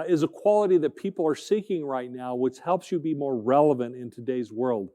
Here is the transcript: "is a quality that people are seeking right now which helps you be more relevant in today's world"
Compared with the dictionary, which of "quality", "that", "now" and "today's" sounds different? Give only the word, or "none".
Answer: none